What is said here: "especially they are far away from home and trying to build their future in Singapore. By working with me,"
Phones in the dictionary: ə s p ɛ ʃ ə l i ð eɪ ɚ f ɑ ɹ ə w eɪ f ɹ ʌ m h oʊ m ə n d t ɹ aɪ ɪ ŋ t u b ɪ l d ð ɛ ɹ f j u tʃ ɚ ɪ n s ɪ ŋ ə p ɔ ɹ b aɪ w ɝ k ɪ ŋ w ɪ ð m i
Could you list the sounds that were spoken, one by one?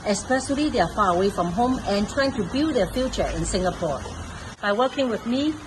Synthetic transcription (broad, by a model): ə s p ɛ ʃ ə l i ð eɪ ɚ f ɑ ɹ ə w eɪ f ɹ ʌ m h oʊ m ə n t ɹ aɪ ɪ ŋ t u b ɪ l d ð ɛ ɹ f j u tʃ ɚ ɪ n s ɪ ŋ ə p ɔ ɹ b aɪ w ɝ k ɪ ŋ w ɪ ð m i